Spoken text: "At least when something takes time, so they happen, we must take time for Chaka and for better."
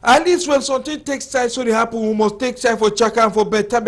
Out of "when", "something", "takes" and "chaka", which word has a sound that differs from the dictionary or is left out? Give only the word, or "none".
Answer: something